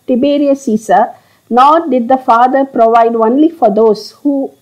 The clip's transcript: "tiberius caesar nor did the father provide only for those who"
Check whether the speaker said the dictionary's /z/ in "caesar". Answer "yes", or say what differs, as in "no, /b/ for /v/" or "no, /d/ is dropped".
no, /s/ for /z/